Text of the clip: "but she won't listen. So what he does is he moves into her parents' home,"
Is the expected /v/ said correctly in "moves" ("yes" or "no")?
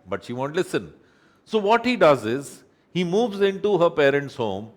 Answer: yes